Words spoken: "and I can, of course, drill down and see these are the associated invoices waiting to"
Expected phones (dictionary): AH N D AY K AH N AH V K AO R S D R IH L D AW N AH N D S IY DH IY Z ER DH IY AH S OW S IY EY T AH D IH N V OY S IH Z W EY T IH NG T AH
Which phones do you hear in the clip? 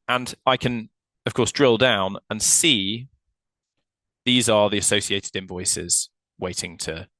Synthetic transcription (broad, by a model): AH N AY K AH N AH V K AO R S D R IH L D AW N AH N S IY DH IY Z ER DH IY AH S OW S IY EY T AH D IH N V OY S IH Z W EY T IH NG T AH